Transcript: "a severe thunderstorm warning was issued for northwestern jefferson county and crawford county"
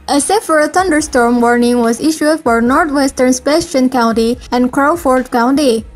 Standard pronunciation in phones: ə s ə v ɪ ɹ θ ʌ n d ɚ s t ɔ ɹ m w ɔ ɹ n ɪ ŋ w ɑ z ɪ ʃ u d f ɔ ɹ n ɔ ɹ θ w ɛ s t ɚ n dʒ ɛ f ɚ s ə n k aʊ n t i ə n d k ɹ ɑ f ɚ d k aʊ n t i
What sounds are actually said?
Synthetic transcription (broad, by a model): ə s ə f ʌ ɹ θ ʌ n d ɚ s t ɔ ɹ m w ɔ ɹ n ɪ ŋ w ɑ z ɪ ʃ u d f ɔ ɹ n ɔ ɹ t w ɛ s t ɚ n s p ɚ ʃ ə n k aʊ n t i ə n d k ɹ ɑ f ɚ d k aʊ n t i